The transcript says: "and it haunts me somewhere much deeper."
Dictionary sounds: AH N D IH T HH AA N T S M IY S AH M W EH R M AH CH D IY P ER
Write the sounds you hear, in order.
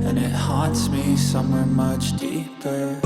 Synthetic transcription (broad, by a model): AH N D IH T HH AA T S M IY S AH M W EH R M AH CH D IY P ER